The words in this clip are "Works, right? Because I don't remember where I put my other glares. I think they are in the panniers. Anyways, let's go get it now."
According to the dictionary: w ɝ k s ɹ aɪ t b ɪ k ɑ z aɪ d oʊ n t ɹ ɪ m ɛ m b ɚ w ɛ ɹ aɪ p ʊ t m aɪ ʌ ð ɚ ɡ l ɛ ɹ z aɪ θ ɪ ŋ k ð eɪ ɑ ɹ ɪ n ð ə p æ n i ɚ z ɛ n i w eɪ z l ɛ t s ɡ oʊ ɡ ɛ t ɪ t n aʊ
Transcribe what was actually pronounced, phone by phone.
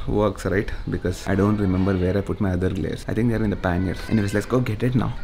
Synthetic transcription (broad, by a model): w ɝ k s ɹ aɪ t b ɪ k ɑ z aɪ d oʊ n t ɹ ɪ m ɛ m b ɚ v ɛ ɹ aɪ p ʊ t m aɪ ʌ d ɚ ɡ l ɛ ɹ s aɪ t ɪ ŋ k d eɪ ɑ ɹ ɪ n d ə p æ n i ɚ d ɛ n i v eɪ s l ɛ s ɡ oʊ ɡ ɛ t ɪ t n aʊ